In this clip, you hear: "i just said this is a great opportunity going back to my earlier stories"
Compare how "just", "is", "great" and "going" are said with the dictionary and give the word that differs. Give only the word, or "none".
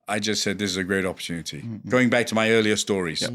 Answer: none